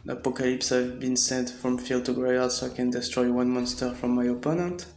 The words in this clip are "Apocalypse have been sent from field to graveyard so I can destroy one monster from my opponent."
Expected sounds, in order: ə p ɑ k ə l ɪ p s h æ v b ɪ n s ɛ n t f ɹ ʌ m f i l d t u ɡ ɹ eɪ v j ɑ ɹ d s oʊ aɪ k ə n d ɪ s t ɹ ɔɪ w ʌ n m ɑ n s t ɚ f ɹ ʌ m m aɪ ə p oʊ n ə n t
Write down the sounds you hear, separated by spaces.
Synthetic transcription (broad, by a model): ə p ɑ k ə l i p s h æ v b ɪ n s ɛ n t f ɹ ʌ m f i l d t u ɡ ɹ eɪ j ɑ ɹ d s oʊ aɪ k ə n d ɪ s t ɹ ɔɪ w ʌ n m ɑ n s t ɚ f ɹ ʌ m m aɪ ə p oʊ n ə n t